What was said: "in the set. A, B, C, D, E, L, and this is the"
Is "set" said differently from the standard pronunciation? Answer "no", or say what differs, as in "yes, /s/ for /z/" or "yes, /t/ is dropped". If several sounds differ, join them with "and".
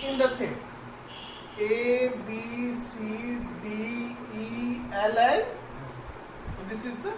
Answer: yes, /t/ is dropped